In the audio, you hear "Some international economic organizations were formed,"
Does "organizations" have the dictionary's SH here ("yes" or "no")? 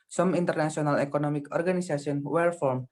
no